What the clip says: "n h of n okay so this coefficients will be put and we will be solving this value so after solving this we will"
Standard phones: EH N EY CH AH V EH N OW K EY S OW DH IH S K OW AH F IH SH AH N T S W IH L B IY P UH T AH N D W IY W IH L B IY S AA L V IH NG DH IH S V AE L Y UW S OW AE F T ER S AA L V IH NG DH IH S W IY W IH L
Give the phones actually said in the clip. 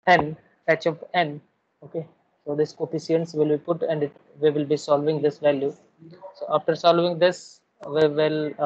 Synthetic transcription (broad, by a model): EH N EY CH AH P EH N OW K EY S OW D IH S K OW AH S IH AH N S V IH L B IY P UH T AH N D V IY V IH L B IY S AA L V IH NG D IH S V AE L Y UW S OW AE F T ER S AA L V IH NG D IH S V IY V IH L